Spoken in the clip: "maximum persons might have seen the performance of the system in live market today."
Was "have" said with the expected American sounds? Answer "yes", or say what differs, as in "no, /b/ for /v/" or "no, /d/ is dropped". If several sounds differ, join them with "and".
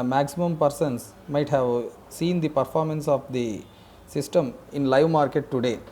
yes